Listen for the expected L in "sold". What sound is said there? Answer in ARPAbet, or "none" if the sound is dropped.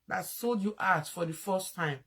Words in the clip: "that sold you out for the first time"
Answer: L